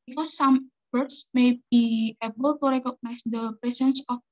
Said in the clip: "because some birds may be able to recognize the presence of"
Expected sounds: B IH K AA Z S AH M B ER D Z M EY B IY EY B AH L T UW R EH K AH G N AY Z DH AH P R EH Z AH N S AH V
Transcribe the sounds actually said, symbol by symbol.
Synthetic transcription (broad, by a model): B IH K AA S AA M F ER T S M EY B IY EY B AH L T UW R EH K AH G N AY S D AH P R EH S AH N S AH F